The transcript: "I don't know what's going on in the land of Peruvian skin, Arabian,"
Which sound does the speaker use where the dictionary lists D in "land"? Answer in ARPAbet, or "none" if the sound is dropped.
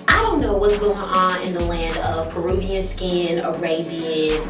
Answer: D